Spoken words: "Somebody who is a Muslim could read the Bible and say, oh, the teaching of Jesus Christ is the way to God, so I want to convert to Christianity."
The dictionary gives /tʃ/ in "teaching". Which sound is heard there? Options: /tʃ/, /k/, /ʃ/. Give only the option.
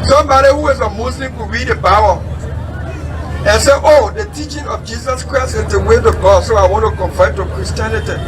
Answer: /tʃ/